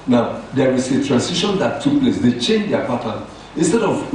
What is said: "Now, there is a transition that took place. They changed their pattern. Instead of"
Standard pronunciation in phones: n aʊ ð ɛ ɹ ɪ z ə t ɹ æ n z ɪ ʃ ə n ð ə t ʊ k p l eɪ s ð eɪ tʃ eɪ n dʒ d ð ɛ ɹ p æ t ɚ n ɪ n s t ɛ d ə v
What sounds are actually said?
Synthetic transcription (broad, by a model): n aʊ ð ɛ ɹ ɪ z ə t ɹ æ n s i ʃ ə n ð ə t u k p l eɪ s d eɪ tʃ eɪ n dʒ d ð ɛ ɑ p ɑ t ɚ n ɪ n s t ɛ d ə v